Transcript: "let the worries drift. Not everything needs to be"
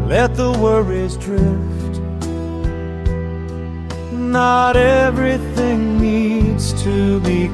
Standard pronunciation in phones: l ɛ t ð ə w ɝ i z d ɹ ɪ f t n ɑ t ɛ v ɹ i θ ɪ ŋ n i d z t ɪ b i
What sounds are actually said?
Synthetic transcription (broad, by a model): l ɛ t ð ə w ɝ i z d ɹ ɪ f t n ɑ t ɛ v ɹ i θ ɪ ŋ n i d z t ɪ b i